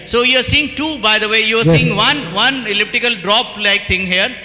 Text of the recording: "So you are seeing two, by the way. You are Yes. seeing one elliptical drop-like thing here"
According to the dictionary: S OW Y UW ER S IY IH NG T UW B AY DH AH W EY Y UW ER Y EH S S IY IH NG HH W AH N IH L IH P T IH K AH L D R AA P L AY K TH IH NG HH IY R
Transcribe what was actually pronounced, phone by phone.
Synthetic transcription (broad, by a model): S OW Y UW ER S IY IH NG T UW B AY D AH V EY Y UW ER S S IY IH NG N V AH N IH L IH P T IH K AH L D R AA P L AY K T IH NG HH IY R